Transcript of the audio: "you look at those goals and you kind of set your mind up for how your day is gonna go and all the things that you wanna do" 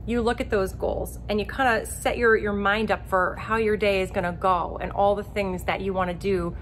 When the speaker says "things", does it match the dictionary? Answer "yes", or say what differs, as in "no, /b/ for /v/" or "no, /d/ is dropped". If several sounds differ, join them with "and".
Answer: yes